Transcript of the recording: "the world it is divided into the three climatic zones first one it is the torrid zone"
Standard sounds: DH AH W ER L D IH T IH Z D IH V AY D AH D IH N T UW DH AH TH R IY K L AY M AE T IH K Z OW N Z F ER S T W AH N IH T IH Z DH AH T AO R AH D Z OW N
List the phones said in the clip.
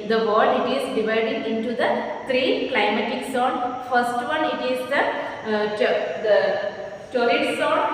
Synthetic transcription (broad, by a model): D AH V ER D IH T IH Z D IH V AY D AH D IH N T UW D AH T R IY K L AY M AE T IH K S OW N F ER S T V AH N IH T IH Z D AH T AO R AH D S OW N